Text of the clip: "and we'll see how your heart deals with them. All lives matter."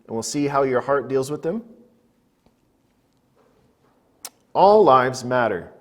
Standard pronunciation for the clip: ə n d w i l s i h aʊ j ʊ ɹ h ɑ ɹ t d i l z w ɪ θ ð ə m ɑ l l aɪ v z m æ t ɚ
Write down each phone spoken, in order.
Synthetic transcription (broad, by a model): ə n w i l s i h aʊ j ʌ ɹ h ɑ ɹ t d i l z w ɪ ð ə m ɑ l l aɪ v z m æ t ɚ